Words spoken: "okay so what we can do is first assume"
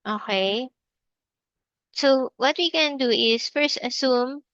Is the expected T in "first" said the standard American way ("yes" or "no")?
yes